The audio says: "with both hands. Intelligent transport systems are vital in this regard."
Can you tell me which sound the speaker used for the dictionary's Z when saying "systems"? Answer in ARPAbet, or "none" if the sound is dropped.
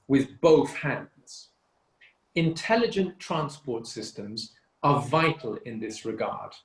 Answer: Z